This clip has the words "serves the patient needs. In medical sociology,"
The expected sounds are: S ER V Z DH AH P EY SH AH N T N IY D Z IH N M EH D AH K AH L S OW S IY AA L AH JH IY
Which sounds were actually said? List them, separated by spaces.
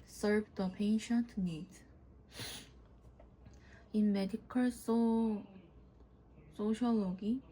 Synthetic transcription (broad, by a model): S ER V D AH P EY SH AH N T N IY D IH N M EH D AH K AH L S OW S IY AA L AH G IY